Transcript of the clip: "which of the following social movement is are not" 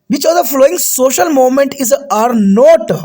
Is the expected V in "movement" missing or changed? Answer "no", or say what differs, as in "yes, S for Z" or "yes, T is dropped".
yes, V is dropped